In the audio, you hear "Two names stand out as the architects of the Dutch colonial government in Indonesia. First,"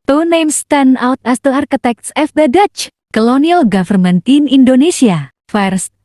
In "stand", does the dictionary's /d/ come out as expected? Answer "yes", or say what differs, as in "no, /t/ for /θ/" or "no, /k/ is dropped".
no, /d/ is dropped